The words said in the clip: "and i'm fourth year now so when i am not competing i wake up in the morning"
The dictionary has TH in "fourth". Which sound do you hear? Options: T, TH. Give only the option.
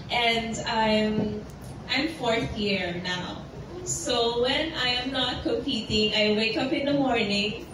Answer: TH